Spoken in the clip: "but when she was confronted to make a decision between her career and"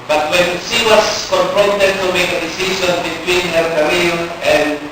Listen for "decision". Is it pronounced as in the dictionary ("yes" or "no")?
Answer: no